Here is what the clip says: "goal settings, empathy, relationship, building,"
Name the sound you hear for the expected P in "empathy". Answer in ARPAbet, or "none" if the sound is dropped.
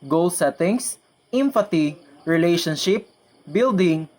F